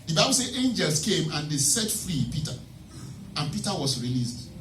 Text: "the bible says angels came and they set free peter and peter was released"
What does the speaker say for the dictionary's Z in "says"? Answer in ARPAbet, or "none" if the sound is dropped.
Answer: none